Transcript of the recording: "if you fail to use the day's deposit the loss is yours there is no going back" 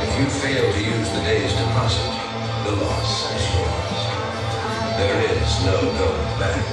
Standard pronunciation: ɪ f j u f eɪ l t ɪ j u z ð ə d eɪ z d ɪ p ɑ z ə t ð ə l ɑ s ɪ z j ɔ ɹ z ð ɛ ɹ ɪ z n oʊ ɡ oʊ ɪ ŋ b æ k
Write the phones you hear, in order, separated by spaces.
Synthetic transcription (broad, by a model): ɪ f j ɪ f eɪ l t ɪ j u z ð ə d eɪ z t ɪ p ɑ s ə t ð ə l ɑ s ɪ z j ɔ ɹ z ð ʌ ɹ ɪ z n oʊ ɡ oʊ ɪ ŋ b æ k